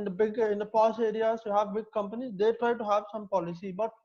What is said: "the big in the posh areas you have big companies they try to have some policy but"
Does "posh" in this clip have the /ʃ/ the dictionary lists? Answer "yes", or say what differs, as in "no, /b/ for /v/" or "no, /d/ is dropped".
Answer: no, /s/ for /ʃ/